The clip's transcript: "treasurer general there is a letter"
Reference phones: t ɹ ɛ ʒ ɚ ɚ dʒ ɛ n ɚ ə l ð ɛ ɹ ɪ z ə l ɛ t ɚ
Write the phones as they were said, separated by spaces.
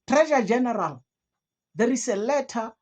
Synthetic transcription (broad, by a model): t ɹ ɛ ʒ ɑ dʒ ɛ n ɚ ə l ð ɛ ɹ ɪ s ə l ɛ t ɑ